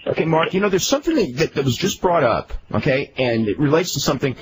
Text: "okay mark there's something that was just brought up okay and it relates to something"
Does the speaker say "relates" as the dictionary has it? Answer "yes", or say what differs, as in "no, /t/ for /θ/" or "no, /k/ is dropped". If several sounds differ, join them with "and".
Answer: yes